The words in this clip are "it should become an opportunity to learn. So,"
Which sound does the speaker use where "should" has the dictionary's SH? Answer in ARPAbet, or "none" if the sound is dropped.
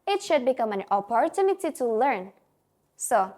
SH